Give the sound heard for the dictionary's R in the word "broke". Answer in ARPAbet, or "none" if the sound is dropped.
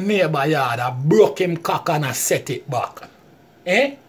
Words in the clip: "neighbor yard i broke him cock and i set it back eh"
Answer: none